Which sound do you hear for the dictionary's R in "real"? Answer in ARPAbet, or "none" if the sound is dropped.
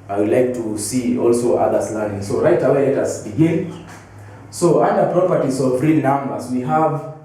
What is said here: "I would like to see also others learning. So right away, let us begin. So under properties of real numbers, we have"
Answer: R